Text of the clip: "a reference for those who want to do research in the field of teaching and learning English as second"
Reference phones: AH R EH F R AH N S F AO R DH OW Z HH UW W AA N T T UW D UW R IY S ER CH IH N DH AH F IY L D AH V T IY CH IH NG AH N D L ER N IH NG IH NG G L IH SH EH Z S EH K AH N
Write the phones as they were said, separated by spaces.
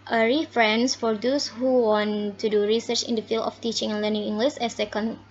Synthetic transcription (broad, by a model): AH R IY F R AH N S F AO R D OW S HH UW W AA N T T UW D UW R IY S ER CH IH N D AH F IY L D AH F T IY CH IH NG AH N L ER N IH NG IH NG G L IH S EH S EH K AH N